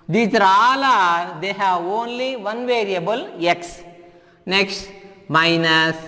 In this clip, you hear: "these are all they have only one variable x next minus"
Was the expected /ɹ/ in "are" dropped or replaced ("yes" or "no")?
yes